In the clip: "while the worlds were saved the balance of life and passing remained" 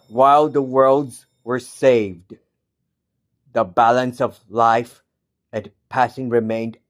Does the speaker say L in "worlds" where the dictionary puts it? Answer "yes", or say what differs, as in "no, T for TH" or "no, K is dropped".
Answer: yes